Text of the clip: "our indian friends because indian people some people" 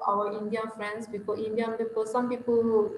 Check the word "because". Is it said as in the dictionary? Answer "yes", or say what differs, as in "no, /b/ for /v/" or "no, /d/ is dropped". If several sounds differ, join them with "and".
no, /z/ is dropped